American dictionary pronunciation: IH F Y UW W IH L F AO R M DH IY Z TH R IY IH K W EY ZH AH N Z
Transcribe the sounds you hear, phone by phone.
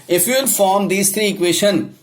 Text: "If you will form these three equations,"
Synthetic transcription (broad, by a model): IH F Y UW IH N F AO R M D IY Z T R IY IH K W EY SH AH N